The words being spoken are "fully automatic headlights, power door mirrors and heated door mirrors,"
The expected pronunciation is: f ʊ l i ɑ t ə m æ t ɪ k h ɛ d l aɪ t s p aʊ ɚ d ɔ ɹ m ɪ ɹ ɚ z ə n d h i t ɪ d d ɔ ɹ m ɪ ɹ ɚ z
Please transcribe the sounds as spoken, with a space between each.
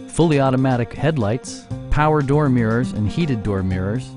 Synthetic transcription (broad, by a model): f ʊ l i ɑ t ə m æ t ɪ k h ɛ d l aɪ t s p aʊ ɚ d ɔ ɹ m ɪ ɹ ɚ z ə n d h i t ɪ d d ɔ ɹ m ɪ ɹ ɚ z